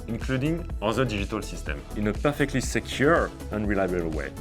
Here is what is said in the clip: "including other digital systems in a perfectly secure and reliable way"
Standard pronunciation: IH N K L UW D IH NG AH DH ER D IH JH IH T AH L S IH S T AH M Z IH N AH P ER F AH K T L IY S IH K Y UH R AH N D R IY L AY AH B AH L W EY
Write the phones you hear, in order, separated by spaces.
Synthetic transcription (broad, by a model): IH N K L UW D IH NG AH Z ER D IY ZH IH T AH L S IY S T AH M IH N AH P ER F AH K T L IY S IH K Y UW R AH N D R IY L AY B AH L W EY